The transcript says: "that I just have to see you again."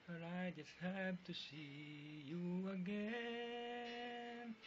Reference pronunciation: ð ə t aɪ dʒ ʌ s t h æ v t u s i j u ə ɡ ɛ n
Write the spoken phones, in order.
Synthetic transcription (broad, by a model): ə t aɪ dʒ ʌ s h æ b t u s i j u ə ɡ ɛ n